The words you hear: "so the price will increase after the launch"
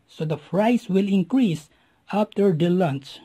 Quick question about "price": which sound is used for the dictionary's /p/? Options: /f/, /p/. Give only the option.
/f/